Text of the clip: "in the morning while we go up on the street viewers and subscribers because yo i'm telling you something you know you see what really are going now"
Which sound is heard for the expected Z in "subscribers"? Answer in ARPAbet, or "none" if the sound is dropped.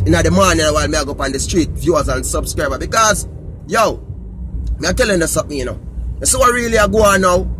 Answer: none